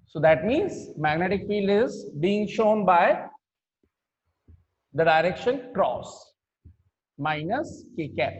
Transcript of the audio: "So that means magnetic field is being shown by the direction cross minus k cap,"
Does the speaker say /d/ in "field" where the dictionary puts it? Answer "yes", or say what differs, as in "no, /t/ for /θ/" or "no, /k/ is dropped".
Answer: yes